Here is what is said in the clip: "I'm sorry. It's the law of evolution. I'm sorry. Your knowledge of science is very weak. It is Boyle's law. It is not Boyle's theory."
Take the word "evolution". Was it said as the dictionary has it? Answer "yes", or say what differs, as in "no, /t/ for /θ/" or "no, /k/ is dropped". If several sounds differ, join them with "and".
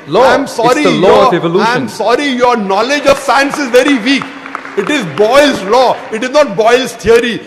no, /ʃ/ is dropped and /n/ is dropped